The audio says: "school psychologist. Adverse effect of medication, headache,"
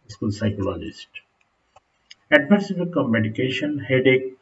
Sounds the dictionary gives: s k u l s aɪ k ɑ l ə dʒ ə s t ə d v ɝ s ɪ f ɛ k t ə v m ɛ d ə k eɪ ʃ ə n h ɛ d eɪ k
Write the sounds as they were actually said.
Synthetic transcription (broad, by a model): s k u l s aɪ k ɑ l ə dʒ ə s t ə d v ɝ s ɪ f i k ə v m ɛ d ə k eɪ ʃ ə n h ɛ d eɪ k